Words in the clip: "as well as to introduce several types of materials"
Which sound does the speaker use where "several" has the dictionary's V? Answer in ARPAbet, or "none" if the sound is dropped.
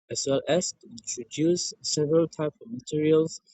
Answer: V